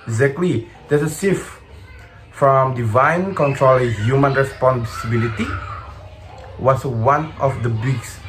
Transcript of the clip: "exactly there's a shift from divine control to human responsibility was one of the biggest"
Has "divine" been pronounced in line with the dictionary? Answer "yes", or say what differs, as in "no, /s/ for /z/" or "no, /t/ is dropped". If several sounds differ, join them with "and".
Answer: yes